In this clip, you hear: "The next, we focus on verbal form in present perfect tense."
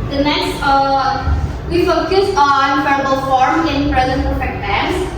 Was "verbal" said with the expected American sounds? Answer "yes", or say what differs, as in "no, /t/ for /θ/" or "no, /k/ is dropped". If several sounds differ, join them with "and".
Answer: no, /f/ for /v/